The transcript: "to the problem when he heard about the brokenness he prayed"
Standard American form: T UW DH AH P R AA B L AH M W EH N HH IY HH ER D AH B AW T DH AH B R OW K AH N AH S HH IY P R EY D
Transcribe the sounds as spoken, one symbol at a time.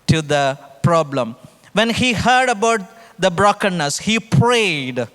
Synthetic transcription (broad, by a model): T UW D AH P R AA B L AH M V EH N HH IY HH ER D AH B AW T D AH B R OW K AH N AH S HH IY P R EY D